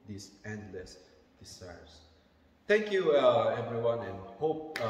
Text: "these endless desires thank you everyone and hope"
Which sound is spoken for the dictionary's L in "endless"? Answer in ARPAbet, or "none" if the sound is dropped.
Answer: L